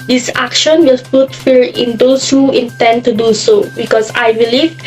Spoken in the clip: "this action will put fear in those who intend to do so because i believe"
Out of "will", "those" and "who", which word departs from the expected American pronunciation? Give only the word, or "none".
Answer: those